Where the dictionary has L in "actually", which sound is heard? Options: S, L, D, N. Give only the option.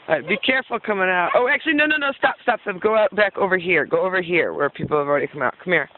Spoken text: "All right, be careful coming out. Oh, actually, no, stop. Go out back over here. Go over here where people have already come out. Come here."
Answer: N